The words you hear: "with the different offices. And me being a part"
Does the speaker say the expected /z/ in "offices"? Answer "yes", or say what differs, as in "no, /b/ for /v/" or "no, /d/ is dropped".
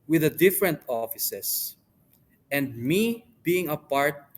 no, /s/ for /z/